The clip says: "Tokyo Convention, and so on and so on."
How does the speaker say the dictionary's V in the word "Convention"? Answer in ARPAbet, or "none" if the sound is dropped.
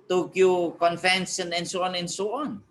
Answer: F